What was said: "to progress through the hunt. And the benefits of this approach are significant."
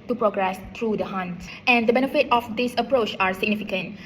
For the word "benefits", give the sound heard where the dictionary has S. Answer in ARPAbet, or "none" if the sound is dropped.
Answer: none